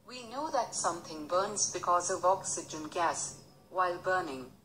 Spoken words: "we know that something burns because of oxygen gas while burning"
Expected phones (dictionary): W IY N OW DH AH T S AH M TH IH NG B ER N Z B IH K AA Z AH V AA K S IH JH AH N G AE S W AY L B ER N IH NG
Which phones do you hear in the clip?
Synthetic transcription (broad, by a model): W IY N OW DH AH T S AH M TH IH NG B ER N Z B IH K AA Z AH V AA K S IH JH AH N G AE S W AY L B ER N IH NG